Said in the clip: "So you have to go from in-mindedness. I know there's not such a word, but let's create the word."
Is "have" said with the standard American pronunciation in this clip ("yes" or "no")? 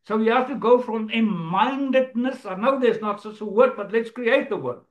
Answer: no